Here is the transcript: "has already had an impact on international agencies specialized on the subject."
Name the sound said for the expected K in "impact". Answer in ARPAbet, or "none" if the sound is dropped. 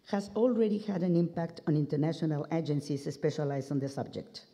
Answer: K